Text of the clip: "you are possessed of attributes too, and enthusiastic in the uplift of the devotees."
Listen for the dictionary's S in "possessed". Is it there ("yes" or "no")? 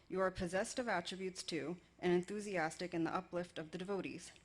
yes